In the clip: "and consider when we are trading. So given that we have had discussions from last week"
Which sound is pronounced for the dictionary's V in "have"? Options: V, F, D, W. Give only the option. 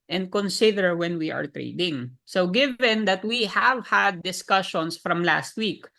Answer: V